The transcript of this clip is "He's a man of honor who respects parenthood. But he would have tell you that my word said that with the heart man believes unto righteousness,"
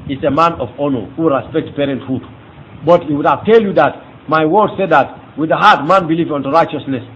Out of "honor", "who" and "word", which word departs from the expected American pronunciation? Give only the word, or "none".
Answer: none